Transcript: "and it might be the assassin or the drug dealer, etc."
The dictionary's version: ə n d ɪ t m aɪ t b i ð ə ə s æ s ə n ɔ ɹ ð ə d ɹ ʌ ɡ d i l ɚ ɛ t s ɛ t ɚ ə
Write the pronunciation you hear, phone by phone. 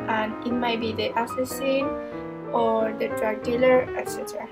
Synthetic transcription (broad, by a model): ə n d ɪ t m aɪ t b i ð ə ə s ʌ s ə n ɔ ɹ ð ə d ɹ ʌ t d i l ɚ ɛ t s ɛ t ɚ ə